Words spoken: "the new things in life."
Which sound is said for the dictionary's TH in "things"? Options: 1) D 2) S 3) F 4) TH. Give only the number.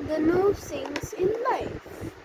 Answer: 2